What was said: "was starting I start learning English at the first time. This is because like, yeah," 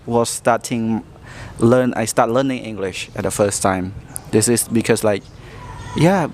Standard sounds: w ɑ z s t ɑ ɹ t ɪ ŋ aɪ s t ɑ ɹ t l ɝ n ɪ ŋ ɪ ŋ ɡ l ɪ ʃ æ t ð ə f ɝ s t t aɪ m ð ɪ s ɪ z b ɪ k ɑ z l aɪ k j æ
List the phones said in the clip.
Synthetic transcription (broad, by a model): w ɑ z s t ɑ t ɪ ŋ aɪ s t ɑ t l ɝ n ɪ ŋ ɪ ŋ ɡ l ɪ ʃ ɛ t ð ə f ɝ s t t aɪ m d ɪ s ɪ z b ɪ k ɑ s l aɪ k j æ